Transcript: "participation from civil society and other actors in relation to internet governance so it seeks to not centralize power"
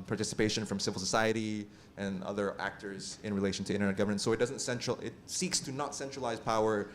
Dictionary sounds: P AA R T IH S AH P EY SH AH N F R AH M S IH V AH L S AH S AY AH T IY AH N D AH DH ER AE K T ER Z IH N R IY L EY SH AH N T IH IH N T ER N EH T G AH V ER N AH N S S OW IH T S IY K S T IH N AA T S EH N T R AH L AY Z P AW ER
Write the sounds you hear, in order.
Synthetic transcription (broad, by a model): P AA R T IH S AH P EY SH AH N F R AH M S IH V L S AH S AY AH T IY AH N AH DH ER AE K T ER Z IH N R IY L EY SH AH N T IH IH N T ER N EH T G AH V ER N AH N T S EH IH T S IY K S T IH N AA T S EH N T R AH L AY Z P AW ER